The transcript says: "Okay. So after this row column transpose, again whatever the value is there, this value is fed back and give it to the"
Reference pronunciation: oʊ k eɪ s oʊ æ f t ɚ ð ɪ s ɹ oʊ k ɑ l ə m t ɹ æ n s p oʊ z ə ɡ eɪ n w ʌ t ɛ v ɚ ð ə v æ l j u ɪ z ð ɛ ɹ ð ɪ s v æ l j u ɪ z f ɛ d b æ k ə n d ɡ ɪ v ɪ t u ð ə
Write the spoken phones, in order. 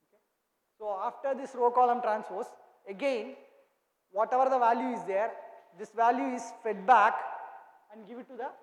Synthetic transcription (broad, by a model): oʊ k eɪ s oʊ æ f t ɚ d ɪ s ɹ oʊ k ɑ l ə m t ɹ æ n s f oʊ s ə ɡ eɪ n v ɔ t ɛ v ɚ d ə v æ l j u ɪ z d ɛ ɹ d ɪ s v æ l j u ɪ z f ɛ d b æ k ə n d ɡ ɪ v ɪ t u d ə